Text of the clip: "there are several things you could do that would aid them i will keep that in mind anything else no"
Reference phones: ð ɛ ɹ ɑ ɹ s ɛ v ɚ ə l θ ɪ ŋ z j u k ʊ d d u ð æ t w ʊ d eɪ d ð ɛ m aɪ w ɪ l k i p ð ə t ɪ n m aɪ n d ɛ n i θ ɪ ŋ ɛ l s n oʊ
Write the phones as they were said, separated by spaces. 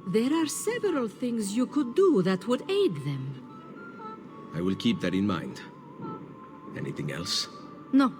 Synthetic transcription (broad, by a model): ð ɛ ɹ ɑ ɹ s ɛ v ɚ ə l θ ɪ ŋ z j u k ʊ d d u ð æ t w ʊ d eɪ d ð ɛ m aɪ w ɪ l k i p ð ə t ɪ n m aɪ n d ɛ n i θ ɪ ŋ ɛ l s n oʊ